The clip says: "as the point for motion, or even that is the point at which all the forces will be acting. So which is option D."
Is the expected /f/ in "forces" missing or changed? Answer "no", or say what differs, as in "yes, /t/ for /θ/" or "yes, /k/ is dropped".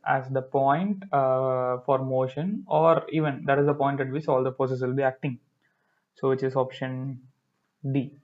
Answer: yes, /p/ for /f/